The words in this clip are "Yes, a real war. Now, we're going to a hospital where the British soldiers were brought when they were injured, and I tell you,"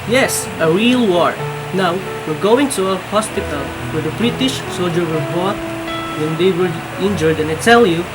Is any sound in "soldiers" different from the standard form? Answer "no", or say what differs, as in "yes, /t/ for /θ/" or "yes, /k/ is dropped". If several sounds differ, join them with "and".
yes, /z/ is dropped